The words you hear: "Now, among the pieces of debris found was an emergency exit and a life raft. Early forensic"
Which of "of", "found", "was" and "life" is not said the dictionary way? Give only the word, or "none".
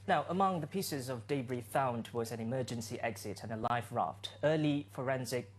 none